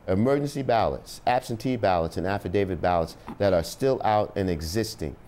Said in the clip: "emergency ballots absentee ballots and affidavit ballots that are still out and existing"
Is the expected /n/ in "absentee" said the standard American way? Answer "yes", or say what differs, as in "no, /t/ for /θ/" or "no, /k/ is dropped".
yes